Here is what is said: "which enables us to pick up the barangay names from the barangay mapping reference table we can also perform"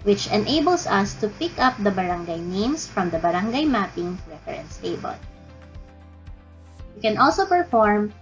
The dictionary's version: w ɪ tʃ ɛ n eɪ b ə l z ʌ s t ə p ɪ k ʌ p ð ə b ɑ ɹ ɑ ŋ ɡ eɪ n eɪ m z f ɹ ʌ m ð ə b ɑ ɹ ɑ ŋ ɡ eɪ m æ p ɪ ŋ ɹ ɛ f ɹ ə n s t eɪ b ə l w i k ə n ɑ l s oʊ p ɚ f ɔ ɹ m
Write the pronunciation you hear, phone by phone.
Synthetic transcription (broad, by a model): w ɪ tʃ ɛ n eɪ b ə l s ʌ s t ə p ɪ k ʌ p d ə b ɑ ɹ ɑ ŋ ɡ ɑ n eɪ m s f ɹ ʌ m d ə b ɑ ɹ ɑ ŋ ɡ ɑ m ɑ p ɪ ŋ ɹ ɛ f ɹ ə n s t eɪ b ə l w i k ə n ɑ l s oʊ p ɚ f ɔ ɹ m